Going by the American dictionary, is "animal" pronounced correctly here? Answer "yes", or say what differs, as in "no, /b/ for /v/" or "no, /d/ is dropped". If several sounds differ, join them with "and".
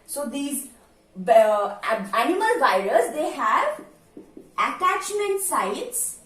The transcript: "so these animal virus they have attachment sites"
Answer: yes